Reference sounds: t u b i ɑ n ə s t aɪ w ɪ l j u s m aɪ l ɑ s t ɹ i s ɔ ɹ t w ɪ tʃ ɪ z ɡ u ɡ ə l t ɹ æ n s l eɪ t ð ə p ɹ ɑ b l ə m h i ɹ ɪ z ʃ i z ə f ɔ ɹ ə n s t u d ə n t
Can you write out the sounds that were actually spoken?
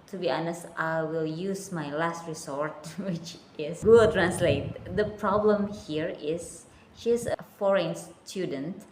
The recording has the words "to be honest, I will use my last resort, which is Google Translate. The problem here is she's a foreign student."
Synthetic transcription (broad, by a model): t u b i ɑ n ə s t aɪ w ɪ l j u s m aɪ l ɑ s t ɹ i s ɔ ɹ t w ɪ tʃ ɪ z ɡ ɡ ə t ɹ æ n s l eɪ t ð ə p ɹ ɑ b l ə m h i ɹ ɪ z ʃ i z ə f ɔ ɹ ə n s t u d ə n t